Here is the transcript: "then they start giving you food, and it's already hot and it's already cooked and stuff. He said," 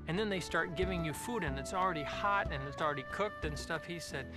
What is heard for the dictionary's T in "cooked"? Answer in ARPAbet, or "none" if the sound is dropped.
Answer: T